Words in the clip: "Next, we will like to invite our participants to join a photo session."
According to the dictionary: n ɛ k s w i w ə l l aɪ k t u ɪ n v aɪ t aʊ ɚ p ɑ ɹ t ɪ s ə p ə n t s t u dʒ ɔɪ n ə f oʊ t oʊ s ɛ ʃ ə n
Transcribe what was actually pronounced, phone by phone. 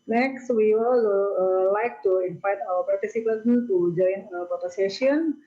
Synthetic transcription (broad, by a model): n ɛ k s w i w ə l l aɪ k t u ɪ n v aɪ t aʊ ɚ p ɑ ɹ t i s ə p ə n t t u dʒ ɔɪ n ə p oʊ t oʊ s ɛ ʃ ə n